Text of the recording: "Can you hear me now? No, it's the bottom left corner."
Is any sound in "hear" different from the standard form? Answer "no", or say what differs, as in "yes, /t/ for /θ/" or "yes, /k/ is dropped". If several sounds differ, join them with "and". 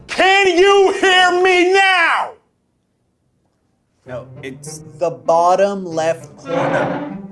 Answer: no